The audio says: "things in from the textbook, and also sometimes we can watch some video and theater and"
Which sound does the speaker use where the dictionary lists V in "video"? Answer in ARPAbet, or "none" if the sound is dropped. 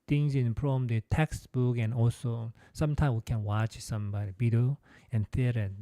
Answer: B